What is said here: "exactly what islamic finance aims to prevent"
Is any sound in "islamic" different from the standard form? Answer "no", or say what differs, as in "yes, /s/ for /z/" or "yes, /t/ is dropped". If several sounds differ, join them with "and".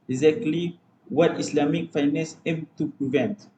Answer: yes, /s/ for /z/